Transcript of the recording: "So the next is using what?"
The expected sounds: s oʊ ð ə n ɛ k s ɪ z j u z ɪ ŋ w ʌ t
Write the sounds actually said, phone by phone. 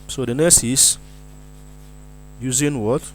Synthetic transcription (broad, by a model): s oʊ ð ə n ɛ s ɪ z j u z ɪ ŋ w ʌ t